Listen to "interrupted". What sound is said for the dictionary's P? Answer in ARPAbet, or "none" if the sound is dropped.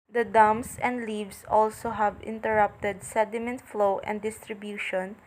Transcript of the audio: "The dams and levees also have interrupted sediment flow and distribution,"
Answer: P